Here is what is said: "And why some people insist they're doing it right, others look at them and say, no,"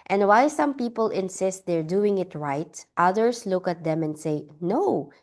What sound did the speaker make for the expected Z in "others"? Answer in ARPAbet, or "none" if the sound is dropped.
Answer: S